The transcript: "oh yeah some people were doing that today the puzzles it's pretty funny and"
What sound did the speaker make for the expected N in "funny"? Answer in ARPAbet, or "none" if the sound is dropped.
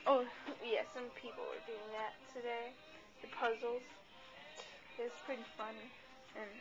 N